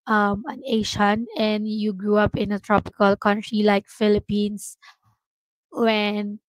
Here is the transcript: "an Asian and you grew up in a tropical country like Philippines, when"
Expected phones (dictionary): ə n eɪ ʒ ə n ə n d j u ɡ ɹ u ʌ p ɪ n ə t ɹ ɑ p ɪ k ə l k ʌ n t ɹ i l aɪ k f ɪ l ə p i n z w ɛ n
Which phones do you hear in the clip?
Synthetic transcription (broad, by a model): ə n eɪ ʃ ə n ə n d j u ɡ ɹ u ʌ p ɪ n ə t ɹ ɑ p ɪ k ə l k ʌ n t ɹ i l aɪ k f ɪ l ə p i n s w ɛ n